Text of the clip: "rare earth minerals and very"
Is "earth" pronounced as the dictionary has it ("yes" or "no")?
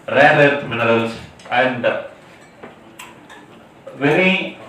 no